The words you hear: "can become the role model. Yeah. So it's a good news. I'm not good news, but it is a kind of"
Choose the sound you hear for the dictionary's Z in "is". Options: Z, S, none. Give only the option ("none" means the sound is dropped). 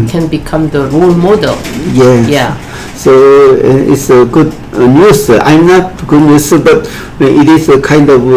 S